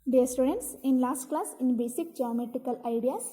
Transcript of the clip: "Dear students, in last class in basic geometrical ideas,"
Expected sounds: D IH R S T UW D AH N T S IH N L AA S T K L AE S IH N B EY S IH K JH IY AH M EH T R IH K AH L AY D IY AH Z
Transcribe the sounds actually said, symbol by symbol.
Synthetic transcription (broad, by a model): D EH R S T UW D AH N T S IH N L AA S T K L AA S IH N B EY S IH K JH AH M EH T IH K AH L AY D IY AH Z